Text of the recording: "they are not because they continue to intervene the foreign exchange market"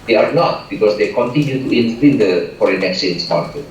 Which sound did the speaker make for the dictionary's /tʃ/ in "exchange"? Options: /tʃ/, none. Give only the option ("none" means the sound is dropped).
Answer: none